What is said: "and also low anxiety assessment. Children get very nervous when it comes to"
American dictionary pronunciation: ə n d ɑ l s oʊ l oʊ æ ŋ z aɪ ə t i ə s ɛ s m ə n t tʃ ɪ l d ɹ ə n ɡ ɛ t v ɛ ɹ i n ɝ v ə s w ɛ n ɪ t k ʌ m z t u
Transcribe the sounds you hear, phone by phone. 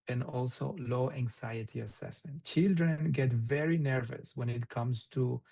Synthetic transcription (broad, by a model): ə n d ɑ l s oʊ l oʊ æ ŋ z aɪ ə t i ə s ɛ s m ə n t tʃ ɪ l d ɹ ə n ɡ ɛ t v ɛ ɹ i n ɝ v ə s w ɛ n ɪ t k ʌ m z t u